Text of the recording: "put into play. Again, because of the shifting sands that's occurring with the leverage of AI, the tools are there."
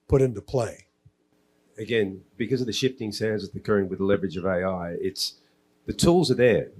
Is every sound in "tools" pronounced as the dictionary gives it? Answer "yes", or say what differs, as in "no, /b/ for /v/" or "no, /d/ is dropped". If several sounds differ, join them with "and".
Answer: yes